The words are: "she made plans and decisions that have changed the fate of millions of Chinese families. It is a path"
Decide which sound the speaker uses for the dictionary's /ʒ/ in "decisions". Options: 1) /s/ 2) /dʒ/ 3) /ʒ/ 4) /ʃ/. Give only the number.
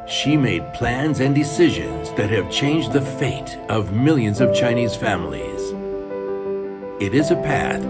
3